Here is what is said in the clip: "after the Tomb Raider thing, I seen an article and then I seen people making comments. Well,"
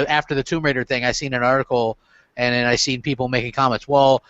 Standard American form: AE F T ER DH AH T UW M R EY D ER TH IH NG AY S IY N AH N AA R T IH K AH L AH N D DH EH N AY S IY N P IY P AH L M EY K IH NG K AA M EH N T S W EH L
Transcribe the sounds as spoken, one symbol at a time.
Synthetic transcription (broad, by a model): AE F T ER DH AH T UW M R EY D ER TH IH NG AY S IY N AH N AA R T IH K L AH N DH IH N AY S IY N P IY P L M EY K IH NG K AA M EH N T S W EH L